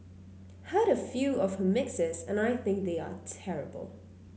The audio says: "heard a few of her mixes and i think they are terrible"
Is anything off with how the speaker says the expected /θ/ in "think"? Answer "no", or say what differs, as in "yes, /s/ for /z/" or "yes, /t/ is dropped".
no